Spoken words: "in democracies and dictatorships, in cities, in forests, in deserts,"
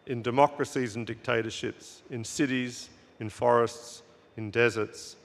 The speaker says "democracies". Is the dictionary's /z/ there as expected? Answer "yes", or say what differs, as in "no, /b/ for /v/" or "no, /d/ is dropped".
yes